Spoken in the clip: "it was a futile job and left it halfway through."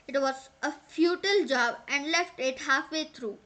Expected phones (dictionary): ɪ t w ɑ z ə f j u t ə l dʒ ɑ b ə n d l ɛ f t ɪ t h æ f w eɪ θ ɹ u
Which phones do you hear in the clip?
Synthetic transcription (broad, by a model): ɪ t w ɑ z ə f j u t ə l dʒ ɑ b ə n d l ɛ f t ɪ t h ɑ f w eɪ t ɹ u